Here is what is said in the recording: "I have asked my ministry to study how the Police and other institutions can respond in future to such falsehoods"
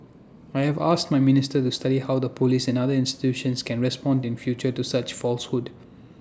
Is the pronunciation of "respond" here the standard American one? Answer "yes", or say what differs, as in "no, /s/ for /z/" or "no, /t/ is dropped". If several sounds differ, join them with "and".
yes